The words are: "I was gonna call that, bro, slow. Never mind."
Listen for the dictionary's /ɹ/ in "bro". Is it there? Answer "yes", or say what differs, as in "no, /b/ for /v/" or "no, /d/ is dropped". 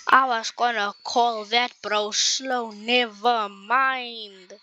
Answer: yes